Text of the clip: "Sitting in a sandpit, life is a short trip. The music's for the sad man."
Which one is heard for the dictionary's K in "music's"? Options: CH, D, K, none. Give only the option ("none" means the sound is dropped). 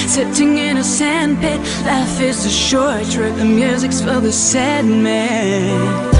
K